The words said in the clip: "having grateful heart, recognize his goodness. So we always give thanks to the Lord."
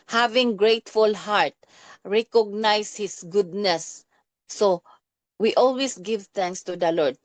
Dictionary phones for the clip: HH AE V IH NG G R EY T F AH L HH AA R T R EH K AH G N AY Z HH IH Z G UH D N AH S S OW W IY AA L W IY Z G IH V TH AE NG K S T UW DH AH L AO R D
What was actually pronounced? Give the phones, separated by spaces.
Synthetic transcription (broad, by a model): HH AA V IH NG G R EY T F AH L HH AA R T R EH K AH G N AY S HH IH S G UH D N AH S S OW W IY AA L W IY S G IH V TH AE NG K S T UW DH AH L AO R D